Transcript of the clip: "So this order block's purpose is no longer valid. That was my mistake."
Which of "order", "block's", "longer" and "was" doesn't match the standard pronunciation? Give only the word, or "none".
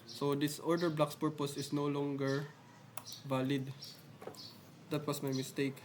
was